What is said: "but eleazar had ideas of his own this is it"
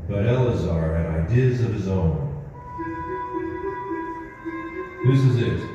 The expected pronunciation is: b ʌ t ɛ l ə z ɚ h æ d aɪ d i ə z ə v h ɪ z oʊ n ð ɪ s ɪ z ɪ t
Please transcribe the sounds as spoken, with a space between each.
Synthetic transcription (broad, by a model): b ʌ t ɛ l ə z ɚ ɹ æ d aɪ d i ə z ə v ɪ z oʊ n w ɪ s ɪ z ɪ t